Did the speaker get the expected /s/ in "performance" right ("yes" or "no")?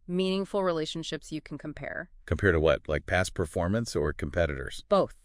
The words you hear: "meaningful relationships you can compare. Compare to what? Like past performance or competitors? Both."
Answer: yes